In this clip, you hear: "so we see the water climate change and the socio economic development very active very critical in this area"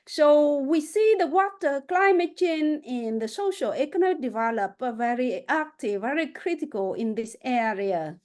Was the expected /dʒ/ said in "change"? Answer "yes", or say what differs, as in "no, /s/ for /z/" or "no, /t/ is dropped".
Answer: no, /dʒ/ is dropped